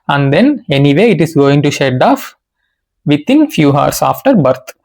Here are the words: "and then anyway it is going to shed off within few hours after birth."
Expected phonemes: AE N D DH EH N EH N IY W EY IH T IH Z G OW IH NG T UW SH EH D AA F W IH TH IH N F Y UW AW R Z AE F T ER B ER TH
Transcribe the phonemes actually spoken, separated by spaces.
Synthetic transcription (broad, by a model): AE N D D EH N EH N IY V EY IH T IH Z G OW IH NG T UW SH EH D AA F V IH T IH N F Y UW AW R S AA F T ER B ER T